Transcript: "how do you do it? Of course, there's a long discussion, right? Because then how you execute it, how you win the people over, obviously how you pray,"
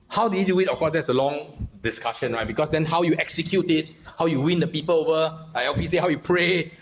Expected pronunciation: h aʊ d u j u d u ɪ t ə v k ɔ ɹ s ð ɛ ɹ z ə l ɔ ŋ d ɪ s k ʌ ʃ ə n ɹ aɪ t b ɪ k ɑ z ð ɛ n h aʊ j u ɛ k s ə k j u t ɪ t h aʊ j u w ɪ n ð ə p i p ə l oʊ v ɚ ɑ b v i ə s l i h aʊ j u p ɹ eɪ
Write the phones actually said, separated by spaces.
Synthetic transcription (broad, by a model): h aʊ d u j u d u ɪ t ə f k ɔ s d ɛ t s ə l ɔ ŋ d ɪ s k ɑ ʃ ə n ɹ aɪ t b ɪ k ɑ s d ɛ n h aʊ j u ɛ k s ə k j u t ɪ t h aʊ j u w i n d ə p i p ə l oʊ v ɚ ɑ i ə s i h aʊ j u p ɹ eɪ